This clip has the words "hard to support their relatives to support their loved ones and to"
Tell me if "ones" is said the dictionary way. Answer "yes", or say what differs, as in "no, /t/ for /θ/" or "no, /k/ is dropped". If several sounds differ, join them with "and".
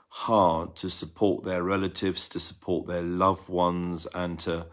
yes